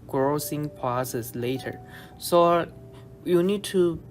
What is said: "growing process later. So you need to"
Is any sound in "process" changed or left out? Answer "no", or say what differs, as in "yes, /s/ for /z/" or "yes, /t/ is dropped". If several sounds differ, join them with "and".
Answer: yes, /ɹ/ is dropped